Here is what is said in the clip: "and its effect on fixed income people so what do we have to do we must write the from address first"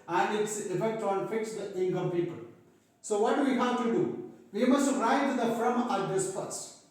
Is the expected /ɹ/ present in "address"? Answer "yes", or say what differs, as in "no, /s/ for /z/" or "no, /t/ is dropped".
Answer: no, /ɹ/ is dropped